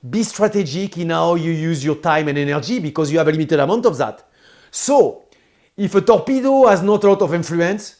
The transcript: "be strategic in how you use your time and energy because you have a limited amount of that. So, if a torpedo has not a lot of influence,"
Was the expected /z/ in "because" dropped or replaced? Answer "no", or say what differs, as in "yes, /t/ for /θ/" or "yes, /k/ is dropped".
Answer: no